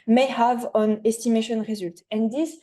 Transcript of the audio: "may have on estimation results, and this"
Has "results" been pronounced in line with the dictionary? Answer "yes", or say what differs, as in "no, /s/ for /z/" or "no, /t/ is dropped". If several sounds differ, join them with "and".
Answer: no, /s/ is dropped